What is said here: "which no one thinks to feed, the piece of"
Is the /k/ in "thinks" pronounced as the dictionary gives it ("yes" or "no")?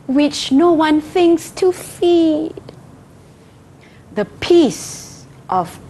yes